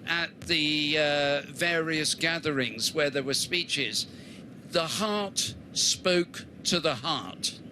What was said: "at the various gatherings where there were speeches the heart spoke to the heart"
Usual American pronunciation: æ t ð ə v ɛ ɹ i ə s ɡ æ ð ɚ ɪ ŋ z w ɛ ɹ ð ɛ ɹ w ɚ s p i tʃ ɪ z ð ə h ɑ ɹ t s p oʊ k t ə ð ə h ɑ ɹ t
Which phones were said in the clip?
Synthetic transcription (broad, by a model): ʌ t ð ə v ɛ ɹ i ə s ɡ æ ð ɚ ɪ ŋ z w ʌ ɹ ð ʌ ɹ w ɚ s p i tʃ ɪ z ð ə h ɑ ɹ t s p oʊ k t ə ð ə h ɑ ɹ t